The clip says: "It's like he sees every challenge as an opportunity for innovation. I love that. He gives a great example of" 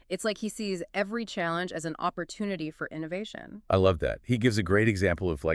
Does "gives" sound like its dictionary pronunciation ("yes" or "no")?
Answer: yes